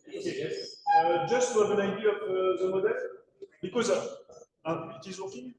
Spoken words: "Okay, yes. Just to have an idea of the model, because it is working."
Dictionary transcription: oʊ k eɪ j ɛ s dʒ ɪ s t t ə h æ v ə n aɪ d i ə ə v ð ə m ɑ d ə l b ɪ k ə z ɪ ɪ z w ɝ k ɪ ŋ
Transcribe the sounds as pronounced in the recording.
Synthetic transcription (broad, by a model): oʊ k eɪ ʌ dʒ ɪ s t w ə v ə n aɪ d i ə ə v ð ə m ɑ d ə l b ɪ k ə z ɪ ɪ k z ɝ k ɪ